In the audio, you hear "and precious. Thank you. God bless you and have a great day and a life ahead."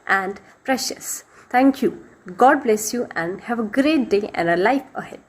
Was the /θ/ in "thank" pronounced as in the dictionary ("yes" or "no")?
no